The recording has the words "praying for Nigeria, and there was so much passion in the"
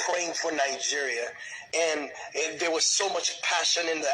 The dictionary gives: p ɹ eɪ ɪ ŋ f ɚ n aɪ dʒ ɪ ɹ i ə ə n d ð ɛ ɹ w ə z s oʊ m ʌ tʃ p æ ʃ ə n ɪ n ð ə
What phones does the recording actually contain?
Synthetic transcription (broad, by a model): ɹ eɪ ɪ ŋ f ɚ n aɪ dʒ ɪ ɹ i ə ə n ð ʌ ɹ w ə z s oʊ m ʌ tʃ p æ ʃ ə n ɪ n ð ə